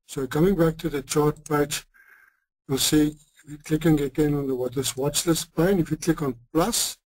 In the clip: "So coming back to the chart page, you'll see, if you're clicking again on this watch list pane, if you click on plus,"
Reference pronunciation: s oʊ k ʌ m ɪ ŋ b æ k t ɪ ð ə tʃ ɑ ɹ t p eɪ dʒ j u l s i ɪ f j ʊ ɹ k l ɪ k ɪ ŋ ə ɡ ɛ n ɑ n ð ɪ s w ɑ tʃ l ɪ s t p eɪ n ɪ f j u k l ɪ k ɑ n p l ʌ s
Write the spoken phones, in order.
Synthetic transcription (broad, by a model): s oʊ k ʌ m ɪ ŋ b æ k t ɪ ð ə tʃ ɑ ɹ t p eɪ tʃ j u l s i ɪ f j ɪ k l ɪ k ɪ ŋ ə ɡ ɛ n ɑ n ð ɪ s w ɑ tʃ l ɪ s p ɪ n ɪ f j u k l ɪ k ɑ n p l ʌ s